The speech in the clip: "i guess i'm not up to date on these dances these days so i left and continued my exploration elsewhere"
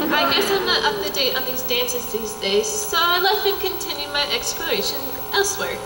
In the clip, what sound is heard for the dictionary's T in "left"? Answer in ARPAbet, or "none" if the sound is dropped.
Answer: none